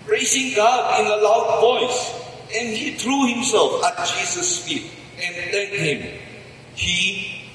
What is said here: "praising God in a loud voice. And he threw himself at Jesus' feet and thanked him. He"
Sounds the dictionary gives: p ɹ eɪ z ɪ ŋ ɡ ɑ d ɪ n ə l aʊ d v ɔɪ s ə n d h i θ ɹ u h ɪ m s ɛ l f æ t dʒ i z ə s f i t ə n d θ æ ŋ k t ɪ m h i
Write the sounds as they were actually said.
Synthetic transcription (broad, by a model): p ɹ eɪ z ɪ ŋ ɡ ɑ d ɪ n ə l aʊ d v ɔɪ s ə n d h i t ɹ u h ɪ m s ɛ l f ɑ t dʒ i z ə s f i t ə n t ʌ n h ɪ m h i